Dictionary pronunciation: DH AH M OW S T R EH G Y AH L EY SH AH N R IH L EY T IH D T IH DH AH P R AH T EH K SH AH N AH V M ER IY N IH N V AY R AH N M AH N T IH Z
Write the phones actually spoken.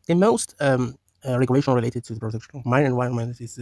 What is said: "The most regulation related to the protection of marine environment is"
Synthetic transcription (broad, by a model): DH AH M OW S T R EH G Y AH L EY SH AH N R IH L EY T IH D T IH DH AH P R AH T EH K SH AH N AH V M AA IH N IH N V AY AH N M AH N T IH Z